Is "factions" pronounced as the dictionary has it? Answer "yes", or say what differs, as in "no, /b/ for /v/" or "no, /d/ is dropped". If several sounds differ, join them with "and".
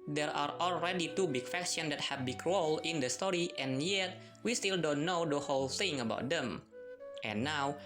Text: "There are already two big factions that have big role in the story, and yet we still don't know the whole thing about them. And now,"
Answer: no, /s/ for /ʃ/